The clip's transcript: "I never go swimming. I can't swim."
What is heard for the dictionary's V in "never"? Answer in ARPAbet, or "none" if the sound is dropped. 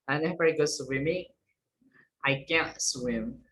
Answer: F